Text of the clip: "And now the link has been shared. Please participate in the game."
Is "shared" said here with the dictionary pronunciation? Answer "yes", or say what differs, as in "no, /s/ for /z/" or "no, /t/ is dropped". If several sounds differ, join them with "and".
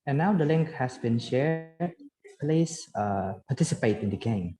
yes